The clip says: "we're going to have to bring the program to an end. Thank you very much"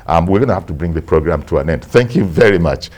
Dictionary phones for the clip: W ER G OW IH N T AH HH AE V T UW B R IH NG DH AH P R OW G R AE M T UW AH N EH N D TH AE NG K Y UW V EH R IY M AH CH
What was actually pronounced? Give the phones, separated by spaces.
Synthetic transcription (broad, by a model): W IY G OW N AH HH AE F T UW B R IH NG DH AH P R OW G R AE M T UW AH N EH N D TH AE NG K Y UW V EH R IY M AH CH